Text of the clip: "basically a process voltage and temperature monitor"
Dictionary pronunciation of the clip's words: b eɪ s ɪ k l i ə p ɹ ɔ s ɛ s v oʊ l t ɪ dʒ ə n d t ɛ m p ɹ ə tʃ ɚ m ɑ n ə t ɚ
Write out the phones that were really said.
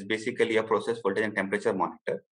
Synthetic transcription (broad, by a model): b eɪ s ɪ k l i ə p ɹ ɔ s ɛ s f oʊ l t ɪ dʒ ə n t ɛ m p ɹ ə tʃ ɚ m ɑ n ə t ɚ